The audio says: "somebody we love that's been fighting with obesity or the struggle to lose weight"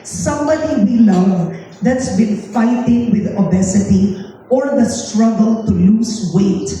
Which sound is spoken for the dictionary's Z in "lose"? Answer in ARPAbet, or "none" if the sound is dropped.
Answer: S